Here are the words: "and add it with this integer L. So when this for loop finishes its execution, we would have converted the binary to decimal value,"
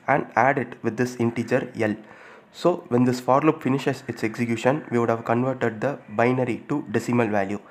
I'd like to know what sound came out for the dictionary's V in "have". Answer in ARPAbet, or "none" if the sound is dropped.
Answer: V